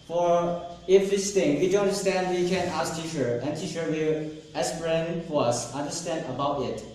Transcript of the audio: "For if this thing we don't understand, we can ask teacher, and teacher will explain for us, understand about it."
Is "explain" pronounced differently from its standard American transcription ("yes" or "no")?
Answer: yes